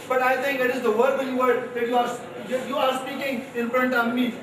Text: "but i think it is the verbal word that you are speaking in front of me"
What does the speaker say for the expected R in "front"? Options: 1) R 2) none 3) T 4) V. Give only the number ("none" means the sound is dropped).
1